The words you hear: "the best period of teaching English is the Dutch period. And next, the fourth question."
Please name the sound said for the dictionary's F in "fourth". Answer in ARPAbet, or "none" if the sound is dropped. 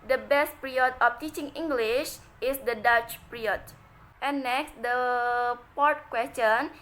P